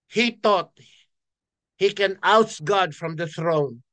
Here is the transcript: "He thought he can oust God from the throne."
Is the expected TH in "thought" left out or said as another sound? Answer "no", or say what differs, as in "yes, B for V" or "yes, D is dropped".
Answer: yes, T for TH